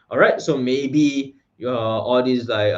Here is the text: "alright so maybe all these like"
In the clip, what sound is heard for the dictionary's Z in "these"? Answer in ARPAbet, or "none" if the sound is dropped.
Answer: S